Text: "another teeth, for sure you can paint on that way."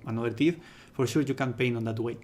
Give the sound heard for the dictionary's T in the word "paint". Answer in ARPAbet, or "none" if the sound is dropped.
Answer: none